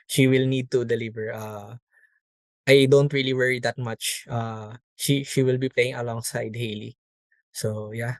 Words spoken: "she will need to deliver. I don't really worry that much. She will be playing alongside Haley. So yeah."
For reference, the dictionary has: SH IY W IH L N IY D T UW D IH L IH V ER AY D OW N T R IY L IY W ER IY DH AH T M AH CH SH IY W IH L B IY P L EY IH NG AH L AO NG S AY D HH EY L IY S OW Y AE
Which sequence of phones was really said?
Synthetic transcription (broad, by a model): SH IY W IH L N IY D T UW D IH L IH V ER AY D OW N T R IY L IY W ER IY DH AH T M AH SH SH IY W IH L B IY P L EY IH NG AH L AO NG S AY D HH EY L IY S OW Y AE